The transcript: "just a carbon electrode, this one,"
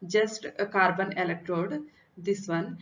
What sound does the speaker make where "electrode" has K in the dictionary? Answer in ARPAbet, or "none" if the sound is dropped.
K